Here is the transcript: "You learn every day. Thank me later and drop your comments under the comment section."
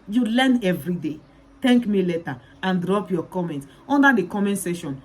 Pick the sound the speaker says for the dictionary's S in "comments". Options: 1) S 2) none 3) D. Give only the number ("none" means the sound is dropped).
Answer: 2